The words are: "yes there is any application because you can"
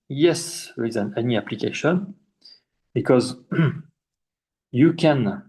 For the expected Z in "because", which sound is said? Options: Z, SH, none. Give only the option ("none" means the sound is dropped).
Z